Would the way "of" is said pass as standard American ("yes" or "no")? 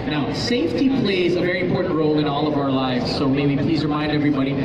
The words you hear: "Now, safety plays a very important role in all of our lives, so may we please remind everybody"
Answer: yes